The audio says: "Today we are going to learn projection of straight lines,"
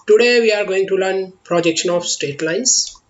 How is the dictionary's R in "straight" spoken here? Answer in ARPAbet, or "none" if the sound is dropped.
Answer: none